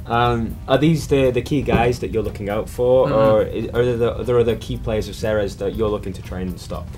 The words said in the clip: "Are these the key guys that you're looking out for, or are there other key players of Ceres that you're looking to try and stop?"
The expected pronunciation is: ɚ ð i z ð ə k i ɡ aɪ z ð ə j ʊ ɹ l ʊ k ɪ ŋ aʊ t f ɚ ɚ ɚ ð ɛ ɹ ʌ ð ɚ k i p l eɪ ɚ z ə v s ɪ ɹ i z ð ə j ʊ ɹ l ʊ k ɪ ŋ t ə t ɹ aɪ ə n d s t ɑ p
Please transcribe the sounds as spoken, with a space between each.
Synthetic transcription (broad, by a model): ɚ ð i z ð ə k i ɡ aɪ z ð ə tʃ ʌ ɹ l ʊ k ɪ ŋ aʊ t f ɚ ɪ ɚ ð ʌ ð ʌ ð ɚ k i p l eɪ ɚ z ə v s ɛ ɹ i z ð ə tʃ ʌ ɹ l ʊ k ɪ ŋ t ə t ɹ aɪ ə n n s t ɑ p